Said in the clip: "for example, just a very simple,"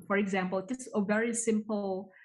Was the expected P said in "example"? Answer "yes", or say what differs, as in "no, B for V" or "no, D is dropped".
yes